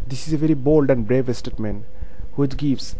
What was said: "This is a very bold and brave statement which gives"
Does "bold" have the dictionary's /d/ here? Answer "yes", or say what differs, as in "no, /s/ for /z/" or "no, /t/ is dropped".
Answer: yes